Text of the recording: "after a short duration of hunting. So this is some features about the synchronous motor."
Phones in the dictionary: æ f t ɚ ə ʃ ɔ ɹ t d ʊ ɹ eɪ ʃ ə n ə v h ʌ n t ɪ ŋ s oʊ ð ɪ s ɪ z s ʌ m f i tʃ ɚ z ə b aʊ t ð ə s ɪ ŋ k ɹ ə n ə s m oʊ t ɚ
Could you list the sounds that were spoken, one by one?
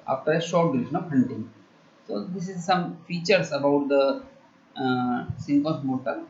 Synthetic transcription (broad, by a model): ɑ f t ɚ ə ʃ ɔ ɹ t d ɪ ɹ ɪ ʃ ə n ə v h ʌ n t ɪ ŋ s oʊ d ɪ s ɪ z s ʌ m f i tʃ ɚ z ə b aʊ t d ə s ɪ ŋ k ə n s m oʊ t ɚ